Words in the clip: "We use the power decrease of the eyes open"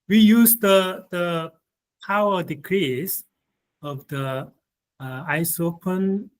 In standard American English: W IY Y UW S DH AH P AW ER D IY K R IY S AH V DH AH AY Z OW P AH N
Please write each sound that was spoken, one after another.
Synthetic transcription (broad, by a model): W IY Y UW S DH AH P AW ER D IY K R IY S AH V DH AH AY S OW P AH N